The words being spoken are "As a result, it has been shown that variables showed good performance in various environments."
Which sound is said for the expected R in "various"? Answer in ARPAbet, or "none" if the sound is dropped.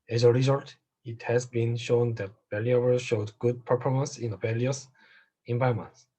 L